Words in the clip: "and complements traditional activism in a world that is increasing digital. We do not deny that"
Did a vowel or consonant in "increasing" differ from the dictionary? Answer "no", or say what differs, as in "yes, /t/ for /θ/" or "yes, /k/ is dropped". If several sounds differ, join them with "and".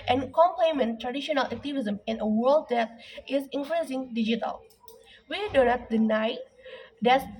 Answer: yes, /l/ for /ɹ/